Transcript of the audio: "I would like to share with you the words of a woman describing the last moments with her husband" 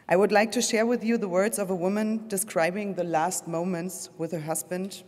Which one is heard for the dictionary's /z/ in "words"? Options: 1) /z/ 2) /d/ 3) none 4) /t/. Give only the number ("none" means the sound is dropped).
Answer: 1